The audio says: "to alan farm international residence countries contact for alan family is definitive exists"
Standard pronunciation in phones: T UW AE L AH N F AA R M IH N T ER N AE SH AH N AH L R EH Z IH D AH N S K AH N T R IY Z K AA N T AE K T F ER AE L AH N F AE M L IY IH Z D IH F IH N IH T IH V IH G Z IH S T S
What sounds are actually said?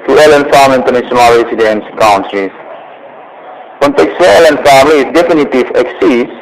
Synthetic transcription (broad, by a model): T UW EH L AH N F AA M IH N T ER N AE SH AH N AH L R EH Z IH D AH N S K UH N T R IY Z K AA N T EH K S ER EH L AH N F AE M L IY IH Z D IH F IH N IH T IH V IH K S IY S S